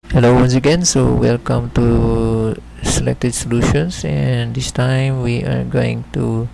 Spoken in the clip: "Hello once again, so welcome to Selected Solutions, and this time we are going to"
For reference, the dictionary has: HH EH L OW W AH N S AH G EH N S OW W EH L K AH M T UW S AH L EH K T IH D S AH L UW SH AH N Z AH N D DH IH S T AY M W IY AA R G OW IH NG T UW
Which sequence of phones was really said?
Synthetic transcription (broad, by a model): HH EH L OW W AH N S AH G EH N S OW W EH L K AH M T UW S AH L EH K T IH D S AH L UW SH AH N S AH N D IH S T AY M W IY AA R G OW IH NG T UW